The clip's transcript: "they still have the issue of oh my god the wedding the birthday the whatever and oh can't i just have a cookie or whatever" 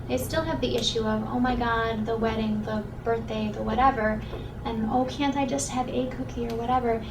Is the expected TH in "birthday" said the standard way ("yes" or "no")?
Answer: yes